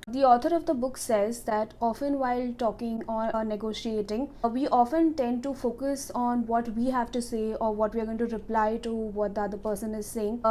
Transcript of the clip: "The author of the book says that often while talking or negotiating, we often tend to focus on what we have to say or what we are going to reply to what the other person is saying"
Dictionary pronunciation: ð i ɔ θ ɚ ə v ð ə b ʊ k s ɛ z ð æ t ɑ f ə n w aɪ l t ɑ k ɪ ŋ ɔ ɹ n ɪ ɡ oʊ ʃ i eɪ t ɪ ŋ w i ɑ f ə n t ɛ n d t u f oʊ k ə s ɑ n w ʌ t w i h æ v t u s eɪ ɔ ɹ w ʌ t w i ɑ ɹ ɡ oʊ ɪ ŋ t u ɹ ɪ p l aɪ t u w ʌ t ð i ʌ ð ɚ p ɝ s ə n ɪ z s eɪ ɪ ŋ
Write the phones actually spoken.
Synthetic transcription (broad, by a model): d i ɔ t ɚ ə v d ə b ʊ k s ɛ z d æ t ɑ f ə n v aɪ l t ɑ k ɪ ŋ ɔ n n ɪ ɡ oʊ ʃ i eɪ t ɪ ŋ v i ɑ f ə n t ɛ n d t u f oʊ k ə s ɑ n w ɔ t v i h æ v t u s eɪ ɔ ɹ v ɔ t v i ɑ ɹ ɡ oʊ ɪ ŋ t u ɹ ɪ p l aɪ t u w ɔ t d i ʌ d ɚ p ɝ s ə n ɪ z s eɪ ɪ ŋ